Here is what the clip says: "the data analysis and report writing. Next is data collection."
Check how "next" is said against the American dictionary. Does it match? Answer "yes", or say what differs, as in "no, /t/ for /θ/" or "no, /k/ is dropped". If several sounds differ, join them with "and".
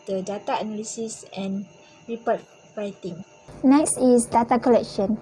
yes